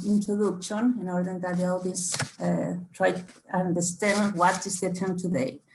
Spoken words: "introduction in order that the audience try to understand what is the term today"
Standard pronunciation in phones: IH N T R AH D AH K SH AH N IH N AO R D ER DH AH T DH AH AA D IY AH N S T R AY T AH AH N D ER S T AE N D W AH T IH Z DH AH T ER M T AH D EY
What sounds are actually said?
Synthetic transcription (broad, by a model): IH N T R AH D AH K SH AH N IH N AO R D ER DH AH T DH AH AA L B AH S T R AY T AH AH N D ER S T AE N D W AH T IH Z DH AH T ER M T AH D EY